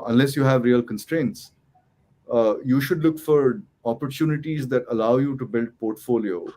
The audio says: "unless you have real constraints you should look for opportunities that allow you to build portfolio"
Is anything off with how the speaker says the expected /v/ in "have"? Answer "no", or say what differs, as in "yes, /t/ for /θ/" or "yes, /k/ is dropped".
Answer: no